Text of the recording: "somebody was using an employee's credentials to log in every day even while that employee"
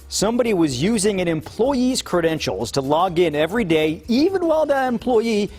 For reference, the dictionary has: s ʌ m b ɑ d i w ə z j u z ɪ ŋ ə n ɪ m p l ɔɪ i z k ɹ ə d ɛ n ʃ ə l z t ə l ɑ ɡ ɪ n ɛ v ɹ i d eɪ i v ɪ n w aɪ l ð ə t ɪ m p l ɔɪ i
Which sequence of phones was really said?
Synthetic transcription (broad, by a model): s ʌ m b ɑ d i w ə z j u z ɪ ŋ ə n ɪ m p l ɔɪ i z k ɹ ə d ɛ n ʃ l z t ə l ɑ ɡ ɪ n ɛ v ɹ i d eɪ i v ɪ n w aɪ l ð ə t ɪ m p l ɔɪ i